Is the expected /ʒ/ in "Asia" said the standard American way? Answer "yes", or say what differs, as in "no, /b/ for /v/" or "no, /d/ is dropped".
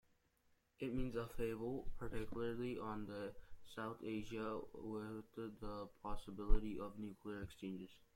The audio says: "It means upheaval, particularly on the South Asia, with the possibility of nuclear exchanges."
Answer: yes